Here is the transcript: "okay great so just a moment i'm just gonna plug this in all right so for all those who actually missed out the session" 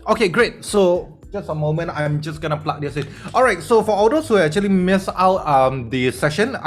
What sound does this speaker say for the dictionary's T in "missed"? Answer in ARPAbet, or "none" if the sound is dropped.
none